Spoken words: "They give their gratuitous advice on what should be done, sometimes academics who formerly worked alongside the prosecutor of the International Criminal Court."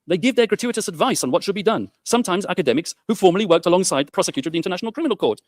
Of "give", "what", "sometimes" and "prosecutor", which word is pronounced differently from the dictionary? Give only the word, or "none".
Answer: none